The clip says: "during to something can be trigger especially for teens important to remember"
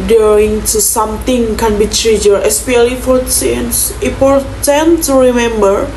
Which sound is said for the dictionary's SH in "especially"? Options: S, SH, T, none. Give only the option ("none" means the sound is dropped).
none